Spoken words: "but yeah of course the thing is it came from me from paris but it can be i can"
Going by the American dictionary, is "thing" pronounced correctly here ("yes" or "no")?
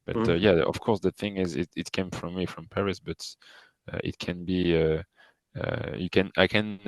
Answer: yes